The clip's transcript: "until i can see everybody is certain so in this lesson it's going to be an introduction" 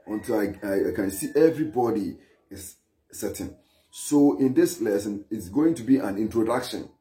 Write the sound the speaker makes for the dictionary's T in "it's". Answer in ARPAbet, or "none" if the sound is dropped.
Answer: T